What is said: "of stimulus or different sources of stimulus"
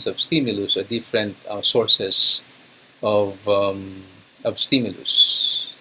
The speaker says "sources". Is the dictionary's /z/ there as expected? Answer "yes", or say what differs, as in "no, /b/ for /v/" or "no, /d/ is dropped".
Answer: no, /s/ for /z/